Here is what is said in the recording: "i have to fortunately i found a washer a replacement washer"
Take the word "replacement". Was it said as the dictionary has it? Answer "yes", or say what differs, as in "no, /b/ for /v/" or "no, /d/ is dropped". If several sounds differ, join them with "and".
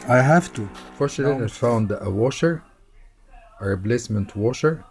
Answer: no, /b/ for /p/